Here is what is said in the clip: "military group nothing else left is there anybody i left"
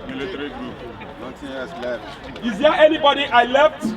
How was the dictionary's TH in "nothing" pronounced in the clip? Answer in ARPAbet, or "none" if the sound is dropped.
T